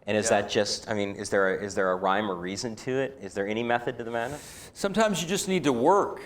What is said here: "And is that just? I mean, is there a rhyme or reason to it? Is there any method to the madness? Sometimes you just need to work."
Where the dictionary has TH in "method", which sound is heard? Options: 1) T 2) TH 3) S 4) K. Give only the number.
2